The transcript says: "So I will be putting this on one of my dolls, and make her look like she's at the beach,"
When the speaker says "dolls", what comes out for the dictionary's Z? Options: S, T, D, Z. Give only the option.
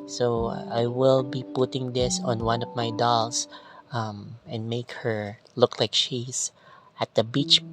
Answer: S